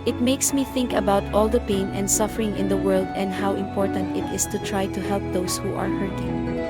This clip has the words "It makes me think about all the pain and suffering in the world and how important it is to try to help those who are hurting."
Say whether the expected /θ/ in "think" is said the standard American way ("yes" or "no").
yes